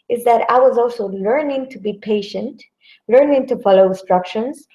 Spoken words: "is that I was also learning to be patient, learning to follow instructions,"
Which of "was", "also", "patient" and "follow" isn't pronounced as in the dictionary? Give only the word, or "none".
none